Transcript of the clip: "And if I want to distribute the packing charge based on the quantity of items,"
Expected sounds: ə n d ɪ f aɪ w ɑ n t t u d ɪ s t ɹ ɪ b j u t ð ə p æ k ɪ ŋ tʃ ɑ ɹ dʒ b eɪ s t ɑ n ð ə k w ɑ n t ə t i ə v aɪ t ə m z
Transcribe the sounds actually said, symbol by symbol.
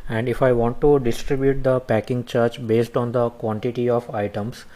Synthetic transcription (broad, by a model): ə n d ɪ f aɪ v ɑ n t t u d ɪ s t ɹ ɪ b j u t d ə p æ k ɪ ŋ tʃ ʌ ɹ tʃ b eɪ s t ɑ n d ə k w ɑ n t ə t i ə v aɪ t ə m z